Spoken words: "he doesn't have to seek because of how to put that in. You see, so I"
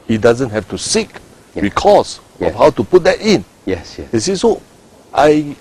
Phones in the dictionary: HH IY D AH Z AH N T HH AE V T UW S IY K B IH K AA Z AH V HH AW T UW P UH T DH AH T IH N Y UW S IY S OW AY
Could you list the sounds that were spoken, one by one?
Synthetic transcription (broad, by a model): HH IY D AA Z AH N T HH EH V T UW S IY K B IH K AA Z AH F HH AW T UW P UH T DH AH T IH N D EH S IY S OW AY